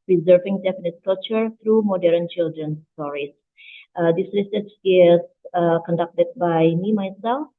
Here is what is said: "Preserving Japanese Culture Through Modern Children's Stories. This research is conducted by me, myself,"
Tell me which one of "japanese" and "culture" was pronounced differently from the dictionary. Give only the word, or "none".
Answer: japanese